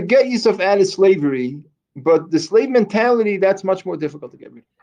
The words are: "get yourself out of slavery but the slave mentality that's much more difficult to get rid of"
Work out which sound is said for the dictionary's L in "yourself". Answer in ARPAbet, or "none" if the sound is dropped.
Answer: none